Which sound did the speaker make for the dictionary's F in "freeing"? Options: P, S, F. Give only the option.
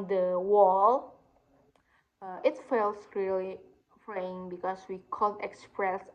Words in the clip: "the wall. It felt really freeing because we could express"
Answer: P